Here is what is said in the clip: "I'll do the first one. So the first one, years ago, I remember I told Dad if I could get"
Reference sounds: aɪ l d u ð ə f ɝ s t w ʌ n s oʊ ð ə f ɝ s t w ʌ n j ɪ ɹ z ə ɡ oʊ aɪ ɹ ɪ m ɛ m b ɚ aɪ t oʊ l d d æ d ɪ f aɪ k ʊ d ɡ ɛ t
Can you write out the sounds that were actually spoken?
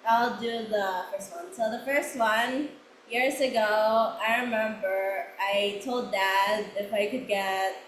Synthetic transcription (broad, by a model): aɪ l d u ð ə f ɝ s t w ʌ n s oʊ ð ə f ɝ s t w ʌ n j ɪ ɹ z ə ɡ oʊ aɪ ɹ ɪ m ɛ m b ɚ aɪ t oʊ l d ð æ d ɪ f aɪ k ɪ d ɡ ɛ t